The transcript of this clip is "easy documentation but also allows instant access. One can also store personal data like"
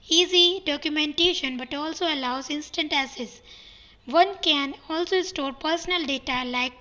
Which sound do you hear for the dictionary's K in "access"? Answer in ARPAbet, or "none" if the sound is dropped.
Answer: none